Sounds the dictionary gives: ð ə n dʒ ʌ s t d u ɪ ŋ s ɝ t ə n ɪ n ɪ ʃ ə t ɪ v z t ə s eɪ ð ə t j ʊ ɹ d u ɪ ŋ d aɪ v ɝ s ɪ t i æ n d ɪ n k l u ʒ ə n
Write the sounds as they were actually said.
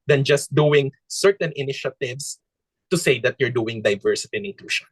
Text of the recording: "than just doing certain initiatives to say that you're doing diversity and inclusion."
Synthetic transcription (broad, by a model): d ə n dʒ ʌ s t d u ɪ ŋ s ɝ t ə n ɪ n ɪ ʃ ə t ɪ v s t ə s eɪ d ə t j ʊ ɹ d u ɪ ŋ d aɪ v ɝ s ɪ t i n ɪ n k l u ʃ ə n